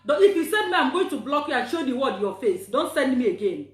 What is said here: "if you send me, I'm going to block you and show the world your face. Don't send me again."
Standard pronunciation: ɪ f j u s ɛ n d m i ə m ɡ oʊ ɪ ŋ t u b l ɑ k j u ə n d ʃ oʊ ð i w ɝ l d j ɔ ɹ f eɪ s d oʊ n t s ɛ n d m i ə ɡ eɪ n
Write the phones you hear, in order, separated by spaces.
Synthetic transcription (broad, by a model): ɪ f j u s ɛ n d m i ə m ɡ oʊ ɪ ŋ t u b l ɑ k j u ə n ʃ oʊ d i w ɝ d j ɔ f eɪ s d oʊ n t s ɛ n d m i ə ɡ eɪ n